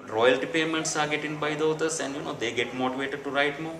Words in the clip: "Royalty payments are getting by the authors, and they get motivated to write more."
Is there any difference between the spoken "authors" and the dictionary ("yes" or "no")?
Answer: yes